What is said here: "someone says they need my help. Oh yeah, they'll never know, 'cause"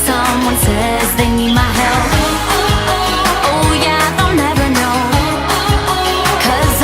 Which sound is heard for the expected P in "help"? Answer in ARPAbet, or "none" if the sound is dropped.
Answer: none